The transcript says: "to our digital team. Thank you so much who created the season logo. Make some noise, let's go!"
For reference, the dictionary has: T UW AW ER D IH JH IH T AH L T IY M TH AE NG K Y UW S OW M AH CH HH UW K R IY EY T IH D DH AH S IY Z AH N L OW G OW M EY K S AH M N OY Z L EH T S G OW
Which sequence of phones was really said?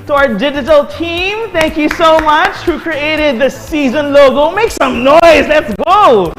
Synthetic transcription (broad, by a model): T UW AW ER D IH JH IH T AH L T IY M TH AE NG K Y UW S OW M AH CH HH UW K R IY EY T IH D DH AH S IY Z AH N L OW G OW M EY K S AH M N OY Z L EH T S G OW